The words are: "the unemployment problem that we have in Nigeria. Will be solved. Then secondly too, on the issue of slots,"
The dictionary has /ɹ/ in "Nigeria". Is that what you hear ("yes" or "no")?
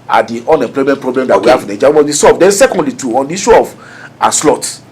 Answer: no